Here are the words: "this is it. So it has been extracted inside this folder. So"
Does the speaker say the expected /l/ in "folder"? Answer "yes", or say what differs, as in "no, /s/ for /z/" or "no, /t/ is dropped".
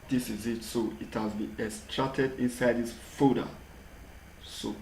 no, /l/ is dropped